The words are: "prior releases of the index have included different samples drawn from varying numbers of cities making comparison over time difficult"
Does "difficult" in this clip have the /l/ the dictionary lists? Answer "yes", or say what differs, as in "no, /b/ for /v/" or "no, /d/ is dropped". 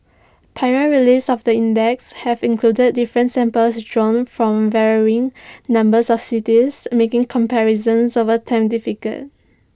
no, /l/ is dropped